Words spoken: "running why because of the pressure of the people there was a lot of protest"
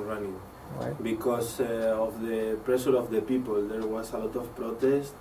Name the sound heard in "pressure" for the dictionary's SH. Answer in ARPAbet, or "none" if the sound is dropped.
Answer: S